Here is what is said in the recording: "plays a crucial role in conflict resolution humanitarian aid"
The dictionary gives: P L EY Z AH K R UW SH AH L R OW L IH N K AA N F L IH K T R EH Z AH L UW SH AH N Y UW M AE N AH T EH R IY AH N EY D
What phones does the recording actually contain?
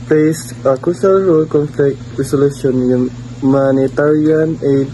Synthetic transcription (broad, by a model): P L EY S AH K UW S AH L R OW L K AA N F L IH K T R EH S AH L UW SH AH N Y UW M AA N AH T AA R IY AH N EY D